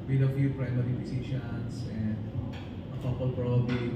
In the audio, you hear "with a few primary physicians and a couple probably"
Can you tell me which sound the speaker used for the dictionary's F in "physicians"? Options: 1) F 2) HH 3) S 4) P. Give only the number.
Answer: 4